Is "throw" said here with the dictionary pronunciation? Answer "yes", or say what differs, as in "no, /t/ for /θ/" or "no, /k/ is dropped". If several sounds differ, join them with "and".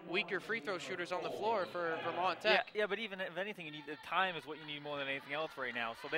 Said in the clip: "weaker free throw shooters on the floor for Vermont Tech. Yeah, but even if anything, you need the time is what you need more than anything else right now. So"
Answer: yes